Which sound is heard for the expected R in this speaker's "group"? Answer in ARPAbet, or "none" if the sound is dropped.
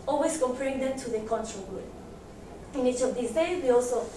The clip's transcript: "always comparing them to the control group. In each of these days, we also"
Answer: none